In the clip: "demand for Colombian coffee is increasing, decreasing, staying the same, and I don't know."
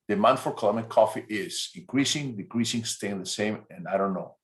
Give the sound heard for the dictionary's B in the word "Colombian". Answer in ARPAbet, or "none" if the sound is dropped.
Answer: none